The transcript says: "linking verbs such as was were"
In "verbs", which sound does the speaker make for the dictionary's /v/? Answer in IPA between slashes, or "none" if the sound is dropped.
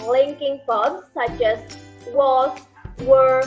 /p/